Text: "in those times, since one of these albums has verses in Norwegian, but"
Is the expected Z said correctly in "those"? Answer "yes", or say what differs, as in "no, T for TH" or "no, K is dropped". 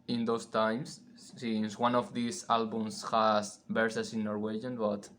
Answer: no, S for Z